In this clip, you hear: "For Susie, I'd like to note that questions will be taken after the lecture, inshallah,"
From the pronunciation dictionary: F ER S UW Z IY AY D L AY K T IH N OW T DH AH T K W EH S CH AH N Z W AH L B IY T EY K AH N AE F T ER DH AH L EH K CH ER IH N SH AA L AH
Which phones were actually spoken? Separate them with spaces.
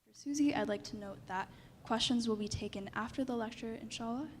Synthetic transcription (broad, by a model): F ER S UW Z IY AY D L AY K T IH N OW T DH AH T K W EH S CH AH N Z W AH L B IY T EY K AH N AE F T ER DH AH L EH K CH ER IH N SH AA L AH